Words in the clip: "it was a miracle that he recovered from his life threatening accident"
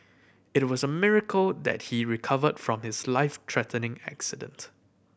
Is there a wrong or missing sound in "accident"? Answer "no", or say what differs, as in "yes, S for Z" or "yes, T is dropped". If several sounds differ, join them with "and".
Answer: no